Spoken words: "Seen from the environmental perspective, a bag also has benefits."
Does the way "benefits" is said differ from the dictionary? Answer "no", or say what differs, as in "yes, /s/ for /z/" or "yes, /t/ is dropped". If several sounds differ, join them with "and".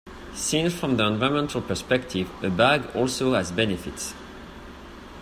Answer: no